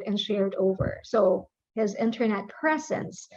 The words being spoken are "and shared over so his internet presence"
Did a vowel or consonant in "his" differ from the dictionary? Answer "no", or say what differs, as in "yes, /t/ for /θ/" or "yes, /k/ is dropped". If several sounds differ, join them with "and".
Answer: no